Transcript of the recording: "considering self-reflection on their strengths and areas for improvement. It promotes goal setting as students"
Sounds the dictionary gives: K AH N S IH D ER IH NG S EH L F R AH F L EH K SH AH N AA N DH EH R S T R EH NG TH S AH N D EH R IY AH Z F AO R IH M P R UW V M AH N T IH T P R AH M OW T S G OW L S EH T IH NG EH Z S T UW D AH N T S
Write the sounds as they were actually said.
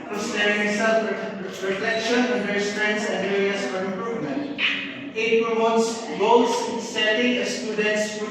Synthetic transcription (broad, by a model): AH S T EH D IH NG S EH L P R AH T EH K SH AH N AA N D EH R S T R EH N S AH N D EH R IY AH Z F AO R IH M P R UW V M AH N T IH T P R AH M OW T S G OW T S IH S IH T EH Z S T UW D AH N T S